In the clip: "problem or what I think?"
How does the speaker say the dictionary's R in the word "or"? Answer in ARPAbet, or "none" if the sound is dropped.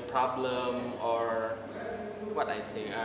R